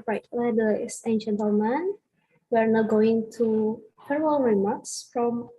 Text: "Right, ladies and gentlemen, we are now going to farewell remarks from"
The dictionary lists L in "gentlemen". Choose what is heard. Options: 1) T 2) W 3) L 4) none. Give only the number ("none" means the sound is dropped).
4